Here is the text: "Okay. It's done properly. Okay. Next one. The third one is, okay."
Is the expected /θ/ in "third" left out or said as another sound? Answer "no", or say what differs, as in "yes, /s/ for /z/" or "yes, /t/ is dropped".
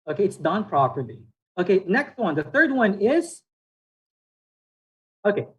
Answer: no